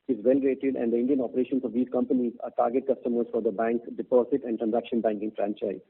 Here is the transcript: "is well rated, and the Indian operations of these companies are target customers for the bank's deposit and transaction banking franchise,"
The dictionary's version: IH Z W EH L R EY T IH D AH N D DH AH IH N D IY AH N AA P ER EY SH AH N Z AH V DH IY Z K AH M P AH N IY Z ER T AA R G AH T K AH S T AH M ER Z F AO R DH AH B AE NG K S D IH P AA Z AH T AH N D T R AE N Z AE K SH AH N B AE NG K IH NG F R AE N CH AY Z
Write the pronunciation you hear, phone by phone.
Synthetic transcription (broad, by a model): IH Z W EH L R EY T IH D AH N D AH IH N D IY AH N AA P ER EY SH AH N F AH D IY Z K AH M P AH N IY Z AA T AA R G AH T K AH S T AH M ER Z F AO R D AH B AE NG K D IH P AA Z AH T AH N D T R AE N Z AE K SH AH N B AE NG K IH NG F R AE N CH AY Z